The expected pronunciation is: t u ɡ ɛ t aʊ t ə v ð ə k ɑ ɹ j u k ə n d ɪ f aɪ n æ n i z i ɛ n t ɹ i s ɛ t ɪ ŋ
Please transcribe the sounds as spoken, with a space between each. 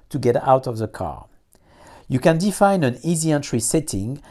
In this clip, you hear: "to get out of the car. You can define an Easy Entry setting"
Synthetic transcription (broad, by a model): t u ɡ ɛ t aʊ t ə v ð ə k ɑ ɹ j u k ə n d ɪ f aɪ n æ n i z i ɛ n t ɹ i s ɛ t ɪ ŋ